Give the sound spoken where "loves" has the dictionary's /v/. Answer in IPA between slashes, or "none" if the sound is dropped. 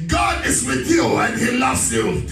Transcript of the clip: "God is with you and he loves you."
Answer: /v/